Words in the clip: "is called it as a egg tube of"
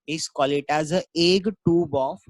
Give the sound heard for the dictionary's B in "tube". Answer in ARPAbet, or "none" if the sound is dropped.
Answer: B